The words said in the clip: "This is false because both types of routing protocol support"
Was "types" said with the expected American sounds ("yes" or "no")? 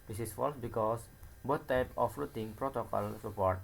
no